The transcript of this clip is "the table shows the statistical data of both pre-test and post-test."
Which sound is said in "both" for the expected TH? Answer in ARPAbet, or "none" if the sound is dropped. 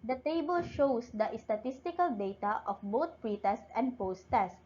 T